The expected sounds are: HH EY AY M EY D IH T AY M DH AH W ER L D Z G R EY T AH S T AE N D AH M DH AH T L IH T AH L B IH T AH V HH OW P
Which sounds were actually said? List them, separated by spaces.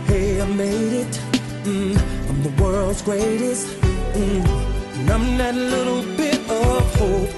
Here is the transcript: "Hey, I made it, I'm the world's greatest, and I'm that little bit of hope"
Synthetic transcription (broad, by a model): HH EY AY M EY D IH T AY M DH AH W ER L D Z G R EY T AH S T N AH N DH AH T L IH T L B IH T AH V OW